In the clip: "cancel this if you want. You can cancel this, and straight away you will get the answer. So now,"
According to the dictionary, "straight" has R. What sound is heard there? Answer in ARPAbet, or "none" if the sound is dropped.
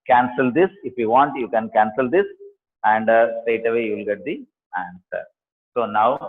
none